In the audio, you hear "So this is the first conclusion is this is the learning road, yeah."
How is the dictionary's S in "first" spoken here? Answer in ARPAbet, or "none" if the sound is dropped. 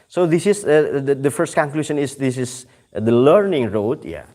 S